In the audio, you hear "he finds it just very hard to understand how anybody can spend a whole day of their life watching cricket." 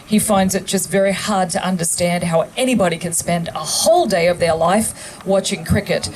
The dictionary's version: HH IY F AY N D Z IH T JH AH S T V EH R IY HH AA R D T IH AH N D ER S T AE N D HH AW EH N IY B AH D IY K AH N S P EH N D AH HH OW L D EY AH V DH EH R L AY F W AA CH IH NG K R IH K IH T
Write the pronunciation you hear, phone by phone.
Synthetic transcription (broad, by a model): HH IY F AY N D Z IH T JH AH S T V EH R IY HH AA R D T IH AH N D ER S T AE N D HH AW EH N IY B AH D IY K AH N S P EH N D AH HH OW L D EY AH V DH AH R L AY F W AA CH IH NG K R IH K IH T